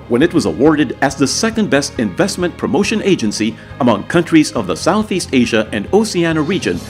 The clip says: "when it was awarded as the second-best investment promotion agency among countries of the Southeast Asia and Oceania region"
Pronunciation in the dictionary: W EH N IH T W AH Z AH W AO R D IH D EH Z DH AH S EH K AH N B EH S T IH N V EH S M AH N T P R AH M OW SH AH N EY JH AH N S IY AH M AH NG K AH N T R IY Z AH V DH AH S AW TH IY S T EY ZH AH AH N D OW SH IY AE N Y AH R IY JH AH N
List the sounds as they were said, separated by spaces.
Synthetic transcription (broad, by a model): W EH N IH T W AH Z AH W AO R D IH D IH Z DH AH S EH K AH N B EH S T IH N V EH S M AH N P R AH M OW SH AH N EY JH AH N S IY AH M AH NG K AH N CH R IY Z AH V DH AH S AW TH IY S T EY ZH AH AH N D OW S IY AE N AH R IY JH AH N